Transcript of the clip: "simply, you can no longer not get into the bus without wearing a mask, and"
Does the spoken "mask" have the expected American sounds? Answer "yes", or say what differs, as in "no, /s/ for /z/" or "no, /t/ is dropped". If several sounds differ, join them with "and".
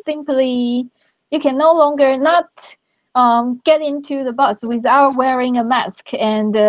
yes